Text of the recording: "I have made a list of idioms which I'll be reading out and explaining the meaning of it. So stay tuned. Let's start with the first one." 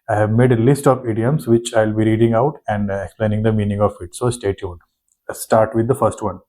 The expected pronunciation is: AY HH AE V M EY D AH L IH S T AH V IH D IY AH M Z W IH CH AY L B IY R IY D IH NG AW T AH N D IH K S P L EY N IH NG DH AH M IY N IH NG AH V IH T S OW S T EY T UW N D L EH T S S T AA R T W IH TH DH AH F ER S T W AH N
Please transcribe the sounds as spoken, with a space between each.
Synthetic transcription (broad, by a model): AY HH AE V M EY D AH L IH S T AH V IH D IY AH M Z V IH CH AY L B IY R IY D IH NG AW T AH N D IH K S P L EY N IH NG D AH M IY N IH NG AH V IH T S OW S T EY T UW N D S S T AA R T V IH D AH F ER S T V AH N